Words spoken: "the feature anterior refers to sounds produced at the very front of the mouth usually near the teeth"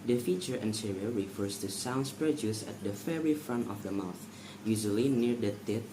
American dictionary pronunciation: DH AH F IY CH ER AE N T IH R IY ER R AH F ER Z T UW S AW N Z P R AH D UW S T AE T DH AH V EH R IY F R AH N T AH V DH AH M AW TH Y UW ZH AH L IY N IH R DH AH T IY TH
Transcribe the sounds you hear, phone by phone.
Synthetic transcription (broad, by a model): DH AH F IY CH ER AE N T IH R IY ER R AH F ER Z T UW S AW N S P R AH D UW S AE T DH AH F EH R IY F R AH N T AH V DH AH M AW TH Y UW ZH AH L IY N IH R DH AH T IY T